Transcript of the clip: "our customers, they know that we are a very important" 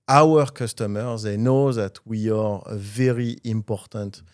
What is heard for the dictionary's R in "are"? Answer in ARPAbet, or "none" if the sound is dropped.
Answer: R